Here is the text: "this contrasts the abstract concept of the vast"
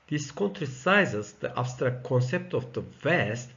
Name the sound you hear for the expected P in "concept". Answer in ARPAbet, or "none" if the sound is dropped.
P